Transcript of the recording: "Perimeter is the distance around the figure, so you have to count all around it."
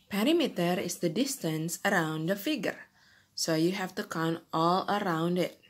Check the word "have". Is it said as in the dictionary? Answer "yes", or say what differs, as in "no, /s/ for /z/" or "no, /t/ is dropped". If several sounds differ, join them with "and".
no, /f/ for /v/